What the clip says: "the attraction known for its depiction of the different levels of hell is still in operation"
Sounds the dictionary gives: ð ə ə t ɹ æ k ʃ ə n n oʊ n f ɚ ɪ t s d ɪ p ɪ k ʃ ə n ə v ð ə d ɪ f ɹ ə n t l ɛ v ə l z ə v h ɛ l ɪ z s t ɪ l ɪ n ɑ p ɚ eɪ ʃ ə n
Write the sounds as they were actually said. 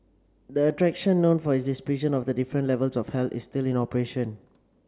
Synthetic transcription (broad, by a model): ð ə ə t ɹ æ k ʃ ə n n oʊ n f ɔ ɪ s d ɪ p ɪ ʃ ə n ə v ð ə d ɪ f ɹ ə n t l ɛ v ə l s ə f h ɛ l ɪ s t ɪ l ɪ n ɑ p ɚ eɪ ʃ ə n